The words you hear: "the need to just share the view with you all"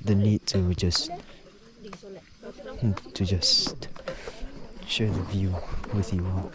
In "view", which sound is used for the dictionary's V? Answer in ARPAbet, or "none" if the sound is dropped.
V